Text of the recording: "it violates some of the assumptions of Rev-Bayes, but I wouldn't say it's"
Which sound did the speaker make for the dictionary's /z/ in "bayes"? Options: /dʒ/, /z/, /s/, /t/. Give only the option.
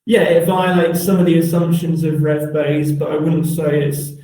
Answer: /z/